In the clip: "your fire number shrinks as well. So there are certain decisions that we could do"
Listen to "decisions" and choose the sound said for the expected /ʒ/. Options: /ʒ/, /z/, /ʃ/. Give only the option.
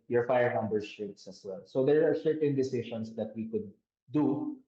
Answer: /ʃ/